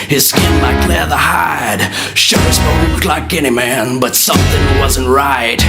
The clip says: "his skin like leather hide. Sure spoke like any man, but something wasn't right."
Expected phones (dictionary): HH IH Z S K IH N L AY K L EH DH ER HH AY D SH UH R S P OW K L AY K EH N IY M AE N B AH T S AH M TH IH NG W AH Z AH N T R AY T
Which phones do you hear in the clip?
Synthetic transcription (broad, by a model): HH IH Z S K IH N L AY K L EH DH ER HH AY D SH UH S B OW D L AY K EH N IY M AE N B AH T S AH M TH IH NG W AH Z AH N T R AY T